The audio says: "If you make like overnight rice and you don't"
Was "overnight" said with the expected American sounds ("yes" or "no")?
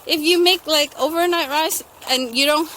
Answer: yes